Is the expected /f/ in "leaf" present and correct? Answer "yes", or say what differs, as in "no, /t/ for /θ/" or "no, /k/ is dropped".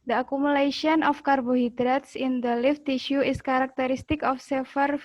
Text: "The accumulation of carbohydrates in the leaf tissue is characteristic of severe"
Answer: yes